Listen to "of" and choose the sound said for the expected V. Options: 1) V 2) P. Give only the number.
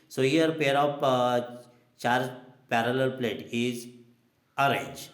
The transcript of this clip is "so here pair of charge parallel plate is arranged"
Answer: 2